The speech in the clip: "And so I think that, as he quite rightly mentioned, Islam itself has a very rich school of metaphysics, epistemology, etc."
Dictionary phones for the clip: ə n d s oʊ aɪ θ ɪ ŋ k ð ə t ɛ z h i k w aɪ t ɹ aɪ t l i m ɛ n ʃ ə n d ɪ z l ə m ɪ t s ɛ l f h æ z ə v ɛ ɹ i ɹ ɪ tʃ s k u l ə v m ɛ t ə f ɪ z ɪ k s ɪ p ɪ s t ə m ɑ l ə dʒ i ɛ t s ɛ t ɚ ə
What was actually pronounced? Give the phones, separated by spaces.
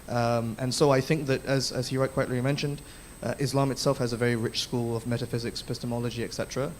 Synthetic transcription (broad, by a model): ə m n s oʊ aɪ θ ɪ ŋ k ð ə t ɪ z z i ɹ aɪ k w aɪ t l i m ɛ n ʃ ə n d ɪ z l ə m ɪ t s ɛ l f h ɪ z ə v ɛ ɹ i ɹ ɪ tʃ s k u l ə v m ɛ t ə f ɪ z ɪ k s p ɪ s t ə m ɑ l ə dʒ i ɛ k s ɛ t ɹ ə